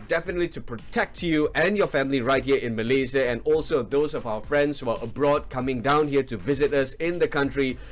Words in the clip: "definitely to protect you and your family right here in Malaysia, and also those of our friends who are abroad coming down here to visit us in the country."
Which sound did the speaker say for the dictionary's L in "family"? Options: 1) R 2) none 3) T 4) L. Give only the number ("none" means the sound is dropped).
4